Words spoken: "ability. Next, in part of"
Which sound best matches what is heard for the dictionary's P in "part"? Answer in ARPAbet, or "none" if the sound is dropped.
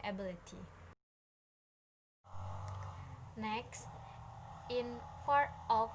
F